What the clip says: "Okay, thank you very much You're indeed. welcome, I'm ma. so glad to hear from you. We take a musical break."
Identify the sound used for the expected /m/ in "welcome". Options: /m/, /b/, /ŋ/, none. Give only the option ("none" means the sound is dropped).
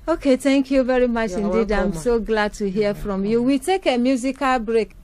none